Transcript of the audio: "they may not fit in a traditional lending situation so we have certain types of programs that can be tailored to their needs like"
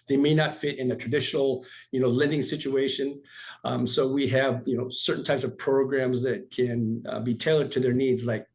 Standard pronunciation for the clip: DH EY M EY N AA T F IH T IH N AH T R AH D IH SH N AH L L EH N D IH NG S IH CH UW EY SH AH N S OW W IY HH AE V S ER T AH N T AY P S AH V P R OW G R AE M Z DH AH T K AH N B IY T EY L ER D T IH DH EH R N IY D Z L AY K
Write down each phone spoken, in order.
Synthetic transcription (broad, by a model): DH EY M EY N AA T F IH T IH N AH T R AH D IH SH N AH N L EH N D IH NG S IH CH UW EY SH AH N S OW W IY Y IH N S ER T N T AY P S AH V P R OW G R AE M Z DH AH T K AH N B IY T EY L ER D T IH DH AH R N IY D Z L AY K